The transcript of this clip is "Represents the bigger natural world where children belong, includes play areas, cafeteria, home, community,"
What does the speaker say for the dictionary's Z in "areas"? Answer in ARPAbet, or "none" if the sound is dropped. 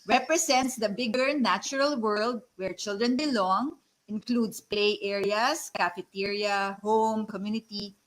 S